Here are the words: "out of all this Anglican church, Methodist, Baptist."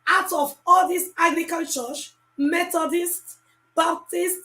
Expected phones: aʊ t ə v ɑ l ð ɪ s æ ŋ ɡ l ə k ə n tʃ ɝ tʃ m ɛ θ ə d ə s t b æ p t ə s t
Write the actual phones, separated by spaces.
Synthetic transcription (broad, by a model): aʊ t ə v ɑ l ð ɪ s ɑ ɡ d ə k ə l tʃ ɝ s m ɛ t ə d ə s t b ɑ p t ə s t